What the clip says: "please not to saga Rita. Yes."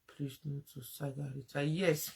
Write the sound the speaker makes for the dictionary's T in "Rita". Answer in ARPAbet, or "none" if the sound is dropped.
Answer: S